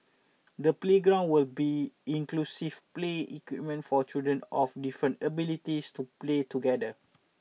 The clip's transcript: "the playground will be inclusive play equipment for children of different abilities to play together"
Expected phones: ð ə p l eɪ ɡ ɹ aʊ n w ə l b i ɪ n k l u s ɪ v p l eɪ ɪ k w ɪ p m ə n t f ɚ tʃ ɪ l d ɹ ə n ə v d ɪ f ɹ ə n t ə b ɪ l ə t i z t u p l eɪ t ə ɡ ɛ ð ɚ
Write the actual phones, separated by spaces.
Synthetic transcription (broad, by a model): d ə p l eɪ ɡ ɹ aʊ n w ə l b i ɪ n k l u s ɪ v p l eɪ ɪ k w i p m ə n t f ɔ tʃ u d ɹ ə n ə f d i f ɹ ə n t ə b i l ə t i s t u p l eɪ t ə ɡ ɛ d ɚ